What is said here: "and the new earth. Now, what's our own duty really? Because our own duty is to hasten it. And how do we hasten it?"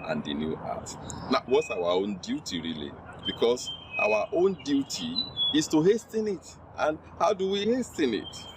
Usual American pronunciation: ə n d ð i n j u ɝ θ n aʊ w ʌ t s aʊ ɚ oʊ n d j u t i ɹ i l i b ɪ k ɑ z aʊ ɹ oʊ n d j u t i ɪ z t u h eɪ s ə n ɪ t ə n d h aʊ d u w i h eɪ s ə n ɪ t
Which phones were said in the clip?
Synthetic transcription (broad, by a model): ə n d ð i n j u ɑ t n aʊ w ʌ t s aʊ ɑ oʊ n d j u t i ɹ i l i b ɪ k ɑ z aʊ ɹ oʊ n d j u t i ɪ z t u h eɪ s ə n ɪ t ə n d h aʊ d u w i h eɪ s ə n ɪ t